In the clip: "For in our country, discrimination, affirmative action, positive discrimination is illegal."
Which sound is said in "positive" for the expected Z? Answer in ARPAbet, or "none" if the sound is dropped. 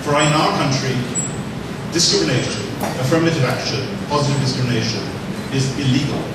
Z